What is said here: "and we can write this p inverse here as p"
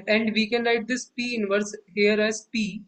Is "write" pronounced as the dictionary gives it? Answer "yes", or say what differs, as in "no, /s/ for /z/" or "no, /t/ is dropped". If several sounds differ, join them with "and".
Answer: no, /l/ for /ɹ/